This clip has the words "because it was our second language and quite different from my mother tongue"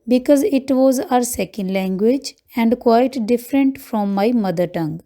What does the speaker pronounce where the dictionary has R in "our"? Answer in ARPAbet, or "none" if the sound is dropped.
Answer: R